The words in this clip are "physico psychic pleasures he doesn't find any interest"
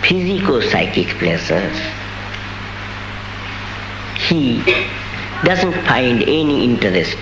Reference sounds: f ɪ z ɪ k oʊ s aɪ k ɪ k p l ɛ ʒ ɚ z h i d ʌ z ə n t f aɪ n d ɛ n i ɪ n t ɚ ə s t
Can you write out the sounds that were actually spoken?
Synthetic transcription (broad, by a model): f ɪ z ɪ k oʊ s aɪ k ɪ k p l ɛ s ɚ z h i d ʌ z ə n t f aɪ n d ɛ n i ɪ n t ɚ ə s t